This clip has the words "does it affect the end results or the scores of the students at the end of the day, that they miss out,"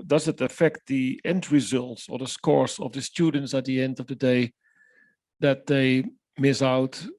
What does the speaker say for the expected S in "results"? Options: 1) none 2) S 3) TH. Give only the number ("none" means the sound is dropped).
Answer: 2